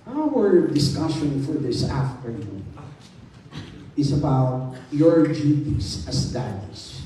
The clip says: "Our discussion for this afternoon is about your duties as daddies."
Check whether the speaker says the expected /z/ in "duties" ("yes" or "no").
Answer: no